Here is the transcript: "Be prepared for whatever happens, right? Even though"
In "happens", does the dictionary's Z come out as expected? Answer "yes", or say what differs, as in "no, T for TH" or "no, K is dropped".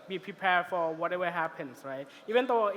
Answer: no, S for Z